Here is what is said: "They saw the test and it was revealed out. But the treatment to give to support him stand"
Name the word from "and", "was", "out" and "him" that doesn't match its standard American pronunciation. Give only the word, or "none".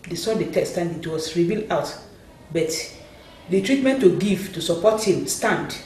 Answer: was